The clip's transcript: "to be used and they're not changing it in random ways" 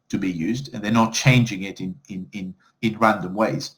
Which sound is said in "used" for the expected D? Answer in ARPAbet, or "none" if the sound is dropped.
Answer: D